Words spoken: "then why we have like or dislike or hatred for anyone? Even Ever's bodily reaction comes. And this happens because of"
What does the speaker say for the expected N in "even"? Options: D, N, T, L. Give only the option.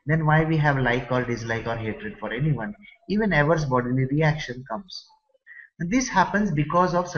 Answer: N